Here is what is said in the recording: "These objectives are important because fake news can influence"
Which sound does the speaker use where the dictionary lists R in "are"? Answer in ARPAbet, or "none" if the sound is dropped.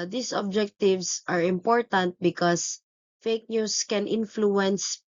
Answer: R